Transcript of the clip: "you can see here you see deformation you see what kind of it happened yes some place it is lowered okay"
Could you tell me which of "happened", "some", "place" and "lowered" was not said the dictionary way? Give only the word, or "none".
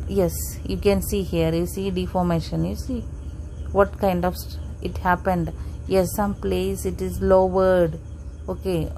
none